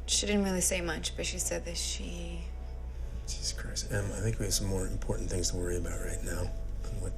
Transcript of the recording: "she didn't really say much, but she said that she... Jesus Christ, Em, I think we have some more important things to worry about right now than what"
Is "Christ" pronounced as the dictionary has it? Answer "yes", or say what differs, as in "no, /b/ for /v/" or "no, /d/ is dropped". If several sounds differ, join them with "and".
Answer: no, /t/ is dropped